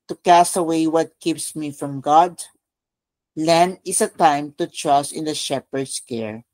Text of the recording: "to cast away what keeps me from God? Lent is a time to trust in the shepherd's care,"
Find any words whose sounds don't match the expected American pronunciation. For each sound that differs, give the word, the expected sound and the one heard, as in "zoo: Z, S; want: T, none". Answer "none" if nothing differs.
lent: T, none; is: Z, S; shepherd's: Z, S